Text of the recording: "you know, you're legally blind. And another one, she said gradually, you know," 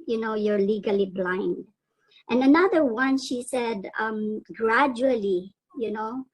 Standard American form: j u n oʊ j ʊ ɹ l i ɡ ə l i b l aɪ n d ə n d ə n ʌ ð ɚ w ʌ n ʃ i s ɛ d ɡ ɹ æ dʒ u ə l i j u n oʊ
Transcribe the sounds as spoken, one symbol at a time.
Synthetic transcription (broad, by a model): j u n oʊ j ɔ ɹ l i ɡ ə l i b l aɪ n d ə n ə n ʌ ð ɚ w ʌ n ʃ i s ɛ d ɡ ɹ æ dʒ u ə l i j u n oʊ